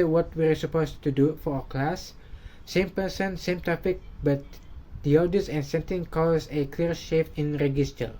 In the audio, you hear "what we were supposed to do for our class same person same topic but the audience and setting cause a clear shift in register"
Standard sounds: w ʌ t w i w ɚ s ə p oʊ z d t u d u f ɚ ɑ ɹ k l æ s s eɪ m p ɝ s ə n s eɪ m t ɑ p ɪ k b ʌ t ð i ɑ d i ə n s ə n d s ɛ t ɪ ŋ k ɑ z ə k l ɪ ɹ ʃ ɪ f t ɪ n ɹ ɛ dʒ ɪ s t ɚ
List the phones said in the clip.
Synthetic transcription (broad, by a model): w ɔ t w i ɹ s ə p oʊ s t u d u f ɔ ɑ k l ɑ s s eɪ m p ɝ s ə n s eɪ m t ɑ f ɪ k b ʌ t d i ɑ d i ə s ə n s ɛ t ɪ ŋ k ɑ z ə k l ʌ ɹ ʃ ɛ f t ɪ n ɹ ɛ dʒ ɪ s t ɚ